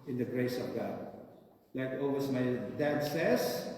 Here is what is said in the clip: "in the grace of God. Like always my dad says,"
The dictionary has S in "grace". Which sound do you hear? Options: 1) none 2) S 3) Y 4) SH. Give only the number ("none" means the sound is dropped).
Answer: 2